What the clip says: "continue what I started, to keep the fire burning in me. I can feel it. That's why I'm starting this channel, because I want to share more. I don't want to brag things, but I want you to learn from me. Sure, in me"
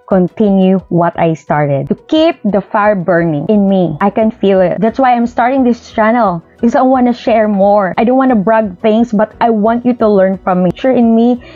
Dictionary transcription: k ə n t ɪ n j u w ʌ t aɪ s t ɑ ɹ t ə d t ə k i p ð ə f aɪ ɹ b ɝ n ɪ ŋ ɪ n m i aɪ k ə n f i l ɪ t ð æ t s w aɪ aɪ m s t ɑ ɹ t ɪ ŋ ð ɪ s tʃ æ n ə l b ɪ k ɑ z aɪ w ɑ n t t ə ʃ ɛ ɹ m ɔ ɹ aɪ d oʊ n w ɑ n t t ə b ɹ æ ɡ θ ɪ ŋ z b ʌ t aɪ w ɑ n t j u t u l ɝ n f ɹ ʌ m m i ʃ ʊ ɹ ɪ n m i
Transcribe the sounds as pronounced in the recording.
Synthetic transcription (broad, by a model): k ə n t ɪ n j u w ʌ t aɪ s t ɑ ɹ t ə d t ə k i p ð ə f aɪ ɹ b ɝ n ɪ ŋ ɪ n m i aɪ k ə n f i l ɪ t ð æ t s w aɪ aɪ m s t ɑ ɹ t ɪ ŋ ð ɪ s tʃ æ n ə l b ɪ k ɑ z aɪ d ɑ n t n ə ʃ ɛ ɹ m ɔ ɹ aɪ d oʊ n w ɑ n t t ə b ɹ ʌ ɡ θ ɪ ŋ s b ʌ t aɪ w ɑ n t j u t u l ɝ n f ɹ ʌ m m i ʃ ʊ ɹ ɪ n m i